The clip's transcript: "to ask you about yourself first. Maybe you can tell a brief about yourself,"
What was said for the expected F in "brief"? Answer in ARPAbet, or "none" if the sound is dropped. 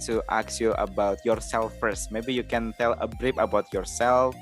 P